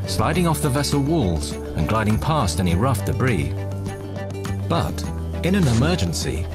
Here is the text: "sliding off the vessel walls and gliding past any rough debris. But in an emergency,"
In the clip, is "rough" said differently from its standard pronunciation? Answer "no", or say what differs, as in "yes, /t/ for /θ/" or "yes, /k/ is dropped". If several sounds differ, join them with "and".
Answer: no